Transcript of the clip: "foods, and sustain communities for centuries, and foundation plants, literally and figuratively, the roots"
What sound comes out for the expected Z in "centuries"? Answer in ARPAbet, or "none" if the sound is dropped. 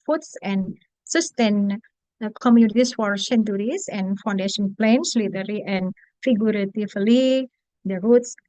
S